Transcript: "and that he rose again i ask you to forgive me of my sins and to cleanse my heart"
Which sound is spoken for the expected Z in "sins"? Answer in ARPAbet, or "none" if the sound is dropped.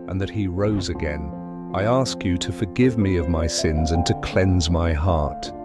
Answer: Z